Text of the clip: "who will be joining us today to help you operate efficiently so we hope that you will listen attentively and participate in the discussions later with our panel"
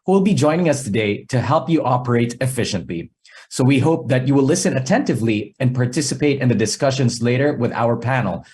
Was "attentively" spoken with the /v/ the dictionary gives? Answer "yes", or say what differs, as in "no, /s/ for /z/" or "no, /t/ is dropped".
yes